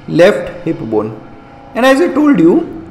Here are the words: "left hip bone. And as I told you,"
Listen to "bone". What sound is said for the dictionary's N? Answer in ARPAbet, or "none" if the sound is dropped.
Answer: N